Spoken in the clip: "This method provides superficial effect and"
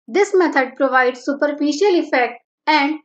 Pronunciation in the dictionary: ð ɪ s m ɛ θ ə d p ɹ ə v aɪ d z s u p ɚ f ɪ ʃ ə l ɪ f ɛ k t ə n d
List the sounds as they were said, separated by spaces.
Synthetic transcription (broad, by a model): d ɪ s m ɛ t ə d p ɹ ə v aɪ d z s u p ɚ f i ʃ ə l ɪ f ɛ k t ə n d